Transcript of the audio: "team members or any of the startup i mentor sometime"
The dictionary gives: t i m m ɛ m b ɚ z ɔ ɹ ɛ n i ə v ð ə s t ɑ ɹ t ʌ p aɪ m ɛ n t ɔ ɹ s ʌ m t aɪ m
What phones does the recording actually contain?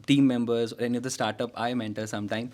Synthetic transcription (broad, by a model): t i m m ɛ m b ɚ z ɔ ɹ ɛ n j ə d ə s t ɑ ɹ t ʌ p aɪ m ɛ n t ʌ l s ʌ m t aɪ m